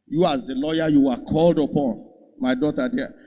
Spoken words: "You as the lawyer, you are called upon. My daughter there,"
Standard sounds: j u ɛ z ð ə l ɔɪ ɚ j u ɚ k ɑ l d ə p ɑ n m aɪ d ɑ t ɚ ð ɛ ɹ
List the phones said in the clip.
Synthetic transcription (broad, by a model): j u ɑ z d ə l ɔɪ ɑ j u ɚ k ɑ l d ə p ɑ n m aɪ d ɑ t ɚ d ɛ